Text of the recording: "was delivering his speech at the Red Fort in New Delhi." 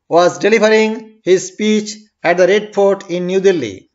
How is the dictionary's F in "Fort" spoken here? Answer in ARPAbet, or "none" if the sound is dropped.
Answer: P